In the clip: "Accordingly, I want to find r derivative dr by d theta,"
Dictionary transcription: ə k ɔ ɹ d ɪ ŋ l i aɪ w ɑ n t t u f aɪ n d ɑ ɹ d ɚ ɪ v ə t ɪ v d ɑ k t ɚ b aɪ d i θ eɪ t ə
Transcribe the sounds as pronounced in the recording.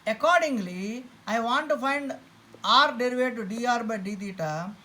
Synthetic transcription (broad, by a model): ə k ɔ ɹ d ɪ ŋ l i aɪ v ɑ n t t u f aɪ n d ɑ ɹ d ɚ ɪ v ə t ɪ d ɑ t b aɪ d i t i t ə